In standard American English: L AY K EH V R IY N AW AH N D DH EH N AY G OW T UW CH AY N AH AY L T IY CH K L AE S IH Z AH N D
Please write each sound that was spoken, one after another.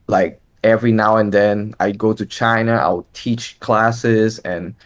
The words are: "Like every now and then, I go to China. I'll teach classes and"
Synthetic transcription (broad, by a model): L AY K EH V R IY N AW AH N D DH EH N AY G OW T UW CH AY N AH AY W T IY CH K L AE S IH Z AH N